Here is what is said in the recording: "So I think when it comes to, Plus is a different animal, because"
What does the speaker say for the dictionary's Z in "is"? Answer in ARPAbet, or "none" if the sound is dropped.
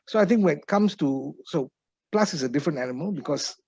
S